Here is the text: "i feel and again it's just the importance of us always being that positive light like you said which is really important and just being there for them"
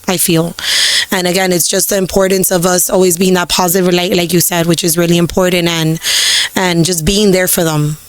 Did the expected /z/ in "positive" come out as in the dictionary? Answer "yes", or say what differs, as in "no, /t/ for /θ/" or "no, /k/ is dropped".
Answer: yes